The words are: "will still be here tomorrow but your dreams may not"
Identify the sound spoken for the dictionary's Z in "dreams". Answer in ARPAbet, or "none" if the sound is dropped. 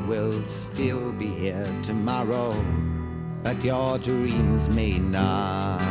Z